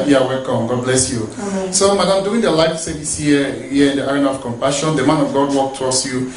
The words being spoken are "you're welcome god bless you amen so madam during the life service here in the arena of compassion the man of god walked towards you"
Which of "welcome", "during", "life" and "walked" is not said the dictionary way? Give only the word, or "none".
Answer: during